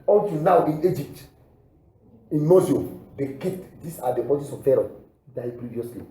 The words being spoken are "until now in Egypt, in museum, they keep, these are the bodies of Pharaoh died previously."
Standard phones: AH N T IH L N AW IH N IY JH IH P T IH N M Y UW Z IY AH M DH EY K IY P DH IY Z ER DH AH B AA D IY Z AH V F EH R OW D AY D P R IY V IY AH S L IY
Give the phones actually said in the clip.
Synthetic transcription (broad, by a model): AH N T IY N AW IH N IY JH IH P T IH N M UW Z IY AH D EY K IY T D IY S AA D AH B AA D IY S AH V F EH R OW D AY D P R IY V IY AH S L IY